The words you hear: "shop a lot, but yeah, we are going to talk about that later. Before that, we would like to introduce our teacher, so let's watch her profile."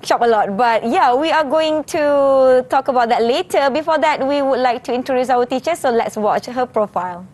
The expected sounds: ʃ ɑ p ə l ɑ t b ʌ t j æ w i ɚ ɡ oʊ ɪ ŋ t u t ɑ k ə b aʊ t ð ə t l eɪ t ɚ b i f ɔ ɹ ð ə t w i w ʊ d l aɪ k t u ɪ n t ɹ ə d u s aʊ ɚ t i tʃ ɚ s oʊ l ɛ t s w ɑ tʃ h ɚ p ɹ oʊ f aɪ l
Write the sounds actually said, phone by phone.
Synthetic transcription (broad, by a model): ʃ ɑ p ə l ɑ t b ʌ t j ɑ w i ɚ ɡ oʊ ɪ ŋ t u t ɑ k ə b aʊ t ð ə t l eɪ t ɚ b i f ɔ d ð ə t w i w ʊ d l aɪ k t u ɪ n t ɹ ə d u s aʊ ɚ t i tʃ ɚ s oʊ l ɛ t s w ɑ tʃ h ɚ p ɹ oʊ f aɪ l